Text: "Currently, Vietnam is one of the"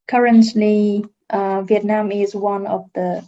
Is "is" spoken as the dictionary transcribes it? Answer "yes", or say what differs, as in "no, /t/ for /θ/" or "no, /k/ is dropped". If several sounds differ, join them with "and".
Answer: yes